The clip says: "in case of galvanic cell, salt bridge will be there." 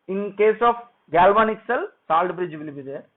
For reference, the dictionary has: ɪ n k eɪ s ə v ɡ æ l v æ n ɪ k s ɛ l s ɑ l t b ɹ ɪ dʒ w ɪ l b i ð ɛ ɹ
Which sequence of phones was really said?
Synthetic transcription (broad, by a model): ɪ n k eɪ s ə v ɡ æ l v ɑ n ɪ k s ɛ l s ɑ l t b ɹ ɪ dʒ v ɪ l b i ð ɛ